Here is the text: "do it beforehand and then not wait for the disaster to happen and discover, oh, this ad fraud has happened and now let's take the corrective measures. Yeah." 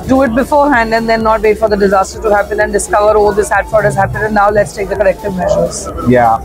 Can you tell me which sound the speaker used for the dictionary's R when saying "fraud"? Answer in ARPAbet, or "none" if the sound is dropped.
none